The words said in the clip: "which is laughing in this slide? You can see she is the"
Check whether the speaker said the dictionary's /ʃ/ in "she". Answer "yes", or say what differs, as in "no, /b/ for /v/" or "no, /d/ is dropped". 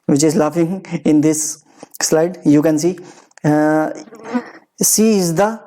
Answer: no, /s/ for /ʃ/